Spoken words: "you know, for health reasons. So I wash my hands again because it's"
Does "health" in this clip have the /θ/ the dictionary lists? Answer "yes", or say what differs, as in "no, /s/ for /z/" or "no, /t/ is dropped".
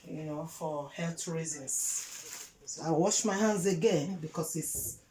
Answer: no, /t/ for /θ/